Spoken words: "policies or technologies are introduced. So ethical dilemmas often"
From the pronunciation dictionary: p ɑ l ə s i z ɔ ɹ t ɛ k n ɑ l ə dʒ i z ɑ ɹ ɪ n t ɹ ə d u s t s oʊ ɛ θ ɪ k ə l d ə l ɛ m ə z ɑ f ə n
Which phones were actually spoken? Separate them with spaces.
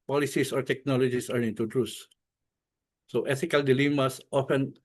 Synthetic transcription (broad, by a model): p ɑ l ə s i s ɔ ɹ t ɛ k n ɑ l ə dʒ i s ɑ ɹ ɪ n t ə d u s s oʊ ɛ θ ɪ k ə l d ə l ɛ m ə s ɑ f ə n